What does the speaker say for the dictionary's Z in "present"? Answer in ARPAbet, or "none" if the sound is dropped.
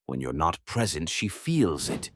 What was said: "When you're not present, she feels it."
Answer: Z